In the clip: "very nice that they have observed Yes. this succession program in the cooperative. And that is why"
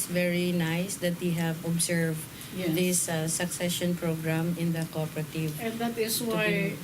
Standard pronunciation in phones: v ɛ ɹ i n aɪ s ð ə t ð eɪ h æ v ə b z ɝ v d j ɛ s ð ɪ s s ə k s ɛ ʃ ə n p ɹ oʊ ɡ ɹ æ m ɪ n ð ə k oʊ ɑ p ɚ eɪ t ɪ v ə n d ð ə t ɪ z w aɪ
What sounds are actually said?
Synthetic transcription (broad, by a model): v ɛ ɹ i n aɪ s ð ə t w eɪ h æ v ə b s ɝ v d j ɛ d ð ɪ s s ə k s ɛ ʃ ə n p ɹ oʊ ɡ ɹ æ m ɪ n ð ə k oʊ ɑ p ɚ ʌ t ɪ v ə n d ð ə t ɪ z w aɪ